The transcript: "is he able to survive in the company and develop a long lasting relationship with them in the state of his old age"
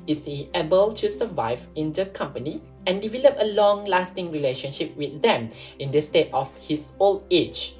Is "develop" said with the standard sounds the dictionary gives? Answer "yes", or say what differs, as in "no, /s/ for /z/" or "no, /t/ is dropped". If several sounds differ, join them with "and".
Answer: yes